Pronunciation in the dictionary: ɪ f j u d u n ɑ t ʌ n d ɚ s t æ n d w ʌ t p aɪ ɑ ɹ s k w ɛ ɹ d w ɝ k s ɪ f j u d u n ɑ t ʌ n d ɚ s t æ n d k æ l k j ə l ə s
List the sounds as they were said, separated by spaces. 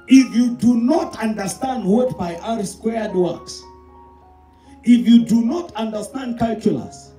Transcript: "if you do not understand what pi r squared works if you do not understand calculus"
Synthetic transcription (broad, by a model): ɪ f j u d u n ɑ t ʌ n d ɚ s t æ n d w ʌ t b aɪ ɑ ɹ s k w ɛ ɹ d w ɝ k s ɪ f j u d u n ɑ t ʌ n d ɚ s t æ n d k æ l k j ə l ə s